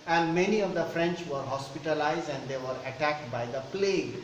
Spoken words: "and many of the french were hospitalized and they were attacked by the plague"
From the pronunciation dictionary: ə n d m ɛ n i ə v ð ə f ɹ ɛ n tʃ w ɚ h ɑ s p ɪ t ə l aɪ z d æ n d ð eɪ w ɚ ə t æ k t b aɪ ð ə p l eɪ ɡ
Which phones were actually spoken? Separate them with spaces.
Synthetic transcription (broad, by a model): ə n d m ɛ n i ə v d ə f ɹ ɛ n tʃ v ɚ h ɑ s p ɪ t ə l aɪ z d æ n d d eɪ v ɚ ə t æ k t b aɪ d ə p l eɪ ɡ